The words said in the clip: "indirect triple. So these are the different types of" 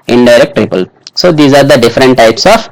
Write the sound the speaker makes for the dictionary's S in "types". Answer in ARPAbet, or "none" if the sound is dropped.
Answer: S